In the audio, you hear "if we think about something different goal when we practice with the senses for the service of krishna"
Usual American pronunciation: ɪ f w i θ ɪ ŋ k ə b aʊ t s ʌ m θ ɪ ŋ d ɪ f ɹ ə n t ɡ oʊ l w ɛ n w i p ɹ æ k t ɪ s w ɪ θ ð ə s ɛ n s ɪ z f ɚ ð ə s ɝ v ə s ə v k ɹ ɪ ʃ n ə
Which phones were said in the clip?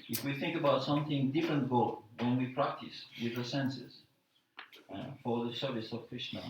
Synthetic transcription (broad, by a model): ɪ f w i θ ɪ ŋ k ə b aʊ t s ʌ m θ ɪ ŋ d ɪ f ɹ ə n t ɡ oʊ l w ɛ n w i p ɹ æ k t ɪ s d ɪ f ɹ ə s ɛ n s ɪ z f ɚ ð ə s ɝ v ə s ə v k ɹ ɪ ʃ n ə